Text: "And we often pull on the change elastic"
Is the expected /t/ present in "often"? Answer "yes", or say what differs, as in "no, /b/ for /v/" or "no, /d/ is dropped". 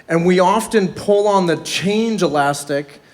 yes